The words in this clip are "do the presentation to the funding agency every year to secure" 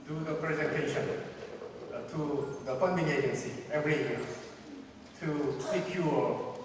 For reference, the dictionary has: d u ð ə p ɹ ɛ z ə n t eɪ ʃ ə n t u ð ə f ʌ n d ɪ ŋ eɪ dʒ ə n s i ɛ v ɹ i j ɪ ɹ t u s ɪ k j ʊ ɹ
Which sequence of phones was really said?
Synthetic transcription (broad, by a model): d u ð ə p ɹ ɛ z ə n t eɪ ʃ ə n t u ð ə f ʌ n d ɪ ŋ eɪ dʒ ə n s i ɛ v ɹ i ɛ l t u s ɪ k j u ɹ